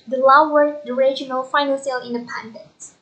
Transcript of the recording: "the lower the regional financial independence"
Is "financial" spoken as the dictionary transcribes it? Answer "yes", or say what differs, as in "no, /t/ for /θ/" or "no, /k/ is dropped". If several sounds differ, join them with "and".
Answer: no, /s/ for /ʃ/